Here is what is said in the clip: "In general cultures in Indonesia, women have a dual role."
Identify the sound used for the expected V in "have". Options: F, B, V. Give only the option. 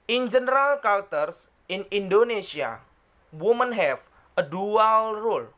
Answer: F